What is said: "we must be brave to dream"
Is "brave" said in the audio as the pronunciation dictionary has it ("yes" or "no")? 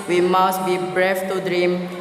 no